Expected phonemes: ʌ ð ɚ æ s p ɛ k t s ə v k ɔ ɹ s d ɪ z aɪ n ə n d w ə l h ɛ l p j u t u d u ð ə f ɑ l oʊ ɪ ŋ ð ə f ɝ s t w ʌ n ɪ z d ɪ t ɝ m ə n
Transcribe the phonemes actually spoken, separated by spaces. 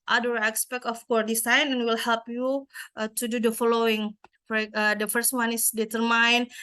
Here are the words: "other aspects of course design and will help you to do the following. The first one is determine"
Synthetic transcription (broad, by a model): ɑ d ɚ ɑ s p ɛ k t ə f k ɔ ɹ d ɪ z aɪ n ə n w ə l h ɛ l p j u t u d u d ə f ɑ l oʊ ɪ ŋ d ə f ɝ s t w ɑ n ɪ s d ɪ t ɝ m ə n